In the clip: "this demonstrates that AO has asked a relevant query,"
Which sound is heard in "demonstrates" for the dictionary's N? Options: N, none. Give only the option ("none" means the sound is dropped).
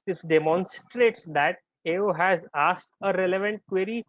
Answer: N